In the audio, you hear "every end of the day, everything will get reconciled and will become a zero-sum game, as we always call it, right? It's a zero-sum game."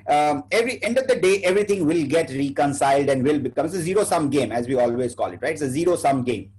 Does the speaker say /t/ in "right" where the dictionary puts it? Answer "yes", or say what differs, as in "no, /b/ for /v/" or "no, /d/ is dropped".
no, /t/ is dropped